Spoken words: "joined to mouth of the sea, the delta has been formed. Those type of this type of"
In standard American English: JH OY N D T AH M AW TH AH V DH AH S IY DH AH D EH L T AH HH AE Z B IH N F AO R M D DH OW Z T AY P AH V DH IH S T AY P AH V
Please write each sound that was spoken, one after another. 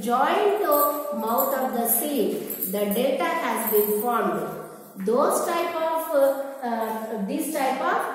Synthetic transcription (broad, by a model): JH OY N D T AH M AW T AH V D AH S IY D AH D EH T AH HH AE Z B IH N F AO R M D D OW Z T AY P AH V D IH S T AY P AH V